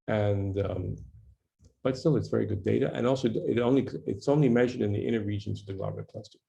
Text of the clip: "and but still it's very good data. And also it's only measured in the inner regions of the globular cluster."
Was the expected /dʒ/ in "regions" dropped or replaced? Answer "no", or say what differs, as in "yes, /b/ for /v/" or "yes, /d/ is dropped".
no